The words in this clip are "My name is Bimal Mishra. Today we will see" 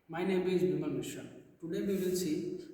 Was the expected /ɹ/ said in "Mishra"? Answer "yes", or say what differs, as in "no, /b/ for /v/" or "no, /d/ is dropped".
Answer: no, /ɹ/ is dropped